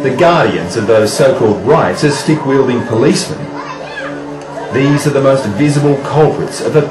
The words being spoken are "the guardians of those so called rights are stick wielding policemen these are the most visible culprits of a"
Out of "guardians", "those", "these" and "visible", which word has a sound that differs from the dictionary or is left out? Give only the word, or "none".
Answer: none